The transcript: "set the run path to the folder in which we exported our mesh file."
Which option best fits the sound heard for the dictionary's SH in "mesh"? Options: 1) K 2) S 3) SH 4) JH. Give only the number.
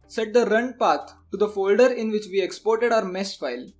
2